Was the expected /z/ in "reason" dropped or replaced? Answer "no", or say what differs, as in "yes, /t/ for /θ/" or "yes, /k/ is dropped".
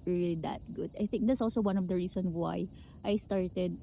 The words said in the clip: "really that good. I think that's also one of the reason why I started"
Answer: yes, /s/ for /z/